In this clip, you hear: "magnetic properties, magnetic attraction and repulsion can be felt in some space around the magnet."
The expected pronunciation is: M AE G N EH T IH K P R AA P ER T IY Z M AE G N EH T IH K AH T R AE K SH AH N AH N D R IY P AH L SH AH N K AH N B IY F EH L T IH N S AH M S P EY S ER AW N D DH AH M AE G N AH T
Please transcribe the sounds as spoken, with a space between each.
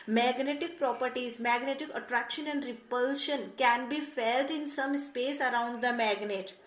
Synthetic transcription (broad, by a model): M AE G N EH T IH K P R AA P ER T IY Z M AE G N EH T IH K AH T R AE K SH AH N AH N D R IY P AH L SH AH N K AH N B IY F EH L T IH N S AH M S P EY S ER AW N D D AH M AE G N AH T